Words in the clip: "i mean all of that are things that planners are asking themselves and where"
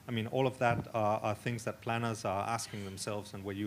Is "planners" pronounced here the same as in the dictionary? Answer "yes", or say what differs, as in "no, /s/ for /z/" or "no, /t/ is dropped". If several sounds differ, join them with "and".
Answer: yes